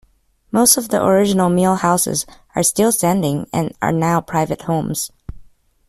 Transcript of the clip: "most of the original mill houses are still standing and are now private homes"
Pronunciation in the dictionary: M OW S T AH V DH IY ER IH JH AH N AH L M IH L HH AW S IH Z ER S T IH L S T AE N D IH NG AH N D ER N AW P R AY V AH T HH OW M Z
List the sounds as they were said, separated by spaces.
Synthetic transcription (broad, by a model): M OW S T AH V DH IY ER IH JH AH N L M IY L HH AW S IH Z ER S T IH L S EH N D IH NG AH N ER N AW P R AY V AH T HH OW M Z